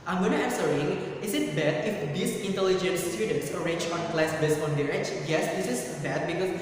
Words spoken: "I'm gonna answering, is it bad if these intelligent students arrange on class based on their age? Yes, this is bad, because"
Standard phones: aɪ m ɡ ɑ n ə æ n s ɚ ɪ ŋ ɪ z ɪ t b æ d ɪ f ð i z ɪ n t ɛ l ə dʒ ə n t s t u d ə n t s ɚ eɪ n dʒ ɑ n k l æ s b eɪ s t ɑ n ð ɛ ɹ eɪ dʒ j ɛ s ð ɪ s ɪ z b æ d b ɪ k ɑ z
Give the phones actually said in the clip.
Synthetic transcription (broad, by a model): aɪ m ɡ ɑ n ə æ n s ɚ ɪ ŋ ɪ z ɪ t b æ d ɪ f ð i s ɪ n t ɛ l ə dʒ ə n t s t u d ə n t s ɚ eɪ n dʒ ɑ n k l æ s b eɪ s ɑ n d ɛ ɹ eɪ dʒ j ɛ s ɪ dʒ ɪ s b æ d b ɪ k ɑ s